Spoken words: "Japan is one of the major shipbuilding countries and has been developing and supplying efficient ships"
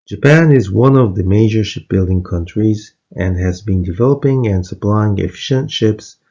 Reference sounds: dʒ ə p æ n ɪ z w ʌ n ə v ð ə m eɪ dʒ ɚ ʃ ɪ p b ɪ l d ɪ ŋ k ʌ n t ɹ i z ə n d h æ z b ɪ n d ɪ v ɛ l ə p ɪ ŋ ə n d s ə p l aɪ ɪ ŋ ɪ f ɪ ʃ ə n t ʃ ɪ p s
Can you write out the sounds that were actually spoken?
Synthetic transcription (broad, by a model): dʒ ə p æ n ɪ z w ʌ n ə v ð ə m eɪ dʒ ɚ ʃ ɪ p b ɪ l d ɪ ŋ k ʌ n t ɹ i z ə n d h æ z b ɪ n d ɪ v ɛ l ə p ɪ ŋ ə n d s ə p l aɪ ɪ ŋ ɪ f ɪ ʃ ə n t ʃ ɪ p s